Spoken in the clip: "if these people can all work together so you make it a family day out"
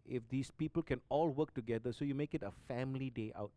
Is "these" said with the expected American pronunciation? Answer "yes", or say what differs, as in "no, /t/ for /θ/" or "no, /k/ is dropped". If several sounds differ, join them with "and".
no, /s/ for /z/